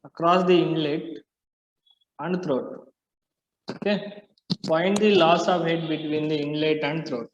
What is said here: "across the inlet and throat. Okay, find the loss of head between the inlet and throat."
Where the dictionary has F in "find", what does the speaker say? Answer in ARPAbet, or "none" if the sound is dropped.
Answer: P